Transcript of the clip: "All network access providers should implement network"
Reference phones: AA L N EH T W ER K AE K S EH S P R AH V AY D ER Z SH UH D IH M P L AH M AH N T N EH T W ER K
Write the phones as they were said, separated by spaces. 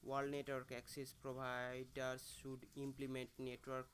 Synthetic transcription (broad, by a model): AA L N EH T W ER K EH K S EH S P R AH B AY D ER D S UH D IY M P L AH M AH N T N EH T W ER K